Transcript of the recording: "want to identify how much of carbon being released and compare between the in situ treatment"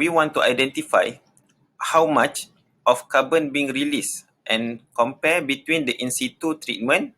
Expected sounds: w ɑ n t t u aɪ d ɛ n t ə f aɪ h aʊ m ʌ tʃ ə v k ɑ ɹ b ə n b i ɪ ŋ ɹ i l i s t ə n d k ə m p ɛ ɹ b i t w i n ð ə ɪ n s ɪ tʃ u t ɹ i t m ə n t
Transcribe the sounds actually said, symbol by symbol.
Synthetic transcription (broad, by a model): w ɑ n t t u aɪ d ɛ n t ə f aɪ h aʊ m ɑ tʃ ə f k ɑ b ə n b i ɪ ŋ ɹ i l i s t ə n k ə m p ɛ b i t w i n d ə ɪ n s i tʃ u t ɹ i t m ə n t